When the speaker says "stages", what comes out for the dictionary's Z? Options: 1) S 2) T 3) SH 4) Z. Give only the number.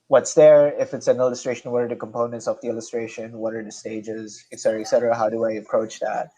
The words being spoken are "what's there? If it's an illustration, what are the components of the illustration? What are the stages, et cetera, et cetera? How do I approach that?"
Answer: 4